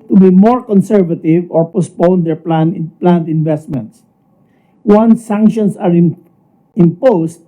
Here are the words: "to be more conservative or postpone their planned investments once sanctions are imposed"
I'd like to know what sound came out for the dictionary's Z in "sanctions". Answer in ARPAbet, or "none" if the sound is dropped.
S